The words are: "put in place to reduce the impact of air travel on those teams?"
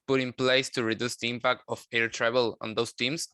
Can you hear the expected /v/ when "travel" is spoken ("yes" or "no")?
no